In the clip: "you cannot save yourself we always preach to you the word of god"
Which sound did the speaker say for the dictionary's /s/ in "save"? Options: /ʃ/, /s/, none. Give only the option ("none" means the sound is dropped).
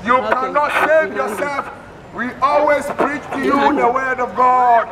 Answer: /ʃ/